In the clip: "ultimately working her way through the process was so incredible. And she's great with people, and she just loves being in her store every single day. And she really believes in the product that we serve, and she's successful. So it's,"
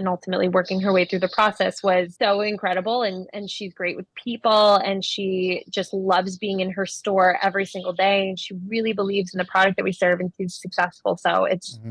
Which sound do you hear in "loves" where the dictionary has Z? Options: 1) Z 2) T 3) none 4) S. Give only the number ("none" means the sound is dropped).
1